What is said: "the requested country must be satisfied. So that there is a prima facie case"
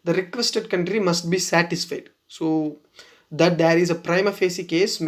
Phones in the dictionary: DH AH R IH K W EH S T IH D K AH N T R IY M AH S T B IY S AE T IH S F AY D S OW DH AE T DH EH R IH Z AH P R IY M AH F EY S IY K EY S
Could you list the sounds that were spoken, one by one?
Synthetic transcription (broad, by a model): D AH R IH K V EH S T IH D K AH N T R IY M AH S T B IY S AE T IH S F AY D S OW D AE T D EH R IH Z AH P R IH M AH F EY S IY K EY S